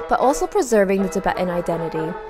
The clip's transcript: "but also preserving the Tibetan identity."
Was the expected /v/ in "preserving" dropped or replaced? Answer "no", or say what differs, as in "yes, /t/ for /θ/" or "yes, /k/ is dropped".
no